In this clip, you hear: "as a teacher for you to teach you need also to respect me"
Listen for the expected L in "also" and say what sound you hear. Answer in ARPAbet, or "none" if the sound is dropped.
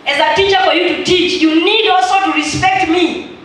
none